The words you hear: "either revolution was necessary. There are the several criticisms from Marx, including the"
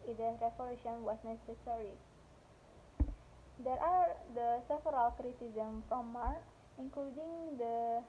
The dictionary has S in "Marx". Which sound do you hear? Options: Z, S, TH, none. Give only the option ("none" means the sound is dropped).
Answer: none